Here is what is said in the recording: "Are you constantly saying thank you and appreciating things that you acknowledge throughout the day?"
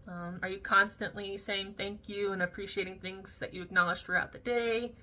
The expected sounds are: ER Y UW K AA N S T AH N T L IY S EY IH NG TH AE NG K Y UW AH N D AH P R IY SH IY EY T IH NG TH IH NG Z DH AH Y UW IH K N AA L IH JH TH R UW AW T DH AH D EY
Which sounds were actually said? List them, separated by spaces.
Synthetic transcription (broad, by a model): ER Y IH K AA N S T AH N T L IY S EY IH NG TH AE NG K Y UW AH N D AH P R IY SH IY EY T IH NG TH IH NG Z DH AH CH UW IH K N AA L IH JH TH R UW AW T DH AH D EY